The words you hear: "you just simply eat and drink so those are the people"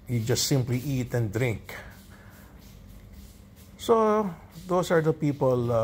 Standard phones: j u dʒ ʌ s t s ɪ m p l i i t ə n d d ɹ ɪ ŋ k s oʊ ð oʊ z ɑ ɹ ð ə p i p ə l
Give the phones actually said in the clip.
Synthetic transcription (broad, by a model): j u dʒ ʌ s t s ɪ m p l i i t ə n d d ɹ ɪ ŋ k s oʊ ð oʊ s ɑ ɹ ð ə p i p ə l